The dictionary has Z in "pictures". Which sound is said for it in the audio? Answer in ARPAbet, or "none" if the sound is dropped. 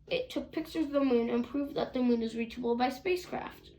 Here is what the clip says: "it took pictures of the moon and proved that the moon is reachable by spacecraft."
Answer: none